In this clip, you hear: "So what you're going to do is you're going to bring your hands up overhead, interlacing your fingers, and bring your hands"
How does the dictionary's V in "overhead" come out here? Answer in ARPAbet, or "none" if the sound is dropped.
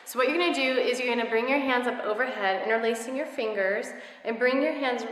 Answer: V